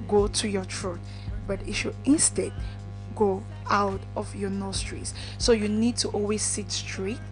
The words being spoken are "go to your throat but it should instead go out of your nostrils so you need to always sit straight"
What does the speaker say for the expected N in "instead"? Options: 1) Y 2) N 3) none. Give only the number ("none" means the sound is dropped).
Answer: 2